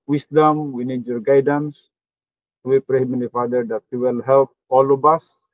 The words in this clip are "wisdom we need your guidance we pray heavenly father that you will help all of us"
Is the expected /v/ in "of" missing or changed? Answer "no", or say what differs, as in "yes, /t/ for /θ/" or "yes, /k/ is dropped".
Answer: yes, /b/ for /v/